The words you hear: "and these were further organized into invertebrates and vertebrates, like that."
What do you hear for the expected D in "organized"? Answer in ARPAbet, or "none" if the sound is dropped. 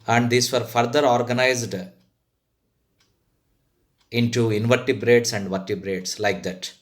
D